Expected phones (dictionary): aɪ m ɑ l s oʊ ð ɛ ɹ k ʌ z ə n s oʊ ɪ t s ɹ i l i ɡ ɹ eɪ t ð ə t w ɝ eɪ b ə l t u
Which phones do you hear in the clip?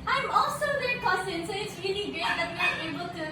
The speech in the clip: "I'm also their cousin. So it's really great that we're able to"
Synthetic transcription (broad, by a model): aɪ m ɑ l s oʊ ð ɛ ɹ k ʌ s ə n s oʊ ɪ t s ɹ i l i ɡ eɪ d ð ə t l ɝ eɪ b ə l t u